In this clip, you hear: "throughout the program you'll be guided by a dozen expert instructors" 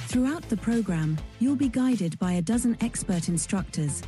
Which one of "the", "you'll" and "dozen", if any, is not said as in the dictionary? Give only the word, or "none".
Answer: none